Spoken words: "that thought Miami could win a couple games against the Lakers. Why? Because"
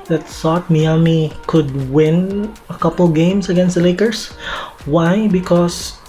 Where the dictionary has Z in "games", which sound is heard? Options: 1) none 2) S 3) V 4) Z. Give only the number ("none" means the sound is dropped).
2